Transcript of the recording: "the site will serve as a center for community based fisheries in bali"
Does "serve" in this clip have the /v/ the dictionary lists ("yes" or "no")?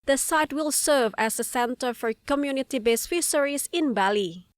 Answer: yes